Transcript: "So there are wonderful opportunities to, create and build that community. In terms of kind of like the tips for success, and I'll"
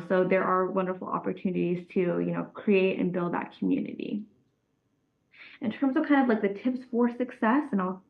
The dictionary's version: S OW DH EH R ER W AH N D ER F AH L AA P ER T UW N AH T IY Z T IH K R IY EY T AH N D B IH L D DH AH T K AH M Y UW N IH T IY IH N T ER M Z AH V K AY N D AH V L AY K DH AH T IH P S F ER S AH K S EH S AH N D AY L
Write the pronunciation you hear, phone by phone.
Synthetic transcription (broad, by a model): S OW DH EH R ER W AH N D ER F L AA P ER T UW N AH T IY Z T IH K R IY EY T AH N B IH L D DH AH T K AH M Y UW N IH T IY IH N T ER M Z AH V K AY N D AH V L AY K DH AH T IH P S F ER S AH K S EH S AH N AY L